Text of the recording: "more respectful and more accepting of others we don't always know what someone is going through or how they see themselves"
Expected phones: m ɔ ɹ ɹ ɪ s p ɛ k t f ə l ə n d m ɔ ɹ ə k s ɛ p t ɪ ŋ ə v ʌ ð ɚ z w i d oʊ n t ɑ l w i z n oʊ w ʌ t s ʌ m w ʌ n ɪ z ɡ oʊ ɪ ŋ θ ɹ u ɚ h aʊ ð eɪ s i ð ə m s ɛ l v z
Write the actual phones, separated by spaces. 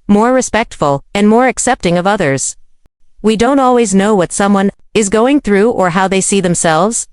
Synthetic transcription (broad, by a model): m ɔ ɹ ɹ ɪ s p ɛ k t f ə l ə n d m ɔ ɹ ə k s ɛ p t ɪ ŋ ə v ʌ ð ɚ z w i d oʊ n t ɑ l w i z n oʊ w ʌ t s ʌ m w ʌ n ɪ z ɡ oʊ ɪ ŋ θ ɹ u ɚ h aʊ ð eɪ s i ð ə m s ɛ l v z